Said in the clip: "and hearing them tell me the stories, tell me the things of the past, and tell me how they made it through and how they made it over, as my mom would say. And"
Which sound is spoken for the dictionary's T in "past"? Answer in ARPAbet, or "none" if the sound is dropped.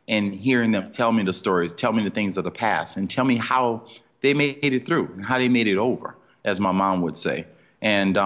none